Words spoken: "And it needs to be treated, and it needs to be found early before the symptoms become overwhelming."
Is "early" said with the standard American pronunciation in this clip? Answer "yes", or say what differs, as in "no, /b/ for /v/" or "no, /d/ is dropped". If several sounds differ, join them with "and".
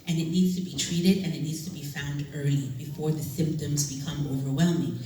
no, /l/ is dropped